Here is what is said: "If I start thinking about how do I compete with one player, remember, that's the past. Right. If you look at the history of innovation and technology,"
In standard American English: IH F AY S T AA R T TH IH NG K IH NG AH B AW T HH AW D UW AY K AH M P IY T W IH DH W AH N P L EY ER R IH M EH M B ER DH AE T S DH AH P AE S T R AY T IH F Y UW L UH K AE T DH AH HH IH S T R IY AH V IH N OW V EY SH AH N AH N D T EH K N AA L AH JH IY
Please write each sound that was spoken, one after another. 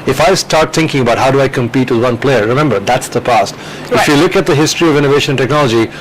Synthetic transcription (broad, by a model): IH F AY S T AA R T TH IH NG K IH NG AH B AW T HH AW D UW AY K AH M P IY T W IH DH W AH N P L EY ER R IH M EH M B ER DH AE T S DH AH P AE S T T IH F Y UW L UH K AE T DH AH HH IH S T R IY AH V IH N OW V EY AH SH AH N T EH K N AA L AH JH IY